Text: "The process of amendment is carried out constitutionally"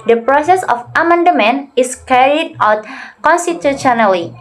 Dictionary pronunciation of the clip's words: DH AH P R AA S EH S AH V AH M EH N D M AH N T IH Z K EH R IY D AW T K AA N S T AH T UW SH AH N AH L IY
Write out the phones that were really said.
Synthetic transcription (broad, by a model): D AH P R AA S EH S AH F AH M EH N D M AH N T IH S K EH R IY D AW T K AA N S T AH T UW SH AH N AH L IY